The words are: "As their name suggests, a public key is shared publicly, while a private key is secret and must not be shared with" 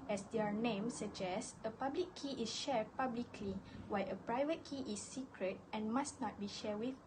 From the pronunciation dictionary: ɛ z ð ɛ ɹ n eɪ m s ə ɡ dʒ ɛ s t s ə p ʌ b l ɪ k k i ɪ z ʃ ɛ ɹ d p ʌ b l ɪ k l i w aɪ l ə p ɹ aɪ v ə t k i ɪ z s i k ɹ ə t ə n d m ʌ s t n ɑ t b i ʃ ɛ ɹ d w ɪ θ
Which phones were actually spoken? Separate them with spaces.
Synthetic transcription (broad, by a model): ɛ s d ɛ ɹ n eɪ m s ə dʒ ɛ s s ə p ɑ b l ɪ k k i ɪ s ʃ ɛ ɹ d p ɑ b l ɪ k l i w aɪ ə p ɹ aɪ v ə t k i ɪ s i k ɹ ə t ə n m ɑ s n ɑ t b i ʃ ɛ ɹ w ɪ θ